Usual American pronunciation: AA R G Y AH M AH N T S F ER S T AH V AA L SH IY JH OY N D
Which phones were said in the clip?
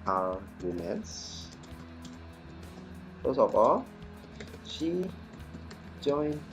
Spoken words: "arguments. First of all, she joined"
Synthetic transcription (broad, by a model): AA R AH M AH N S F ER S AH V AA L SH IY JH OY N